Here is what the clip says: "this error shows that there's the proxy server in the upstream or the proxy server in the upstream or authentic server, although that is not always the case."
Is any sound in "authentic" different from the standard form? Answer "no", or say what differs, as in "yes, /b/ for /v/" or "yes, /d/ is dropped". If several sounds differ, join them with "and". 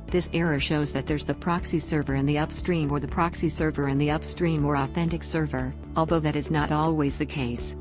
no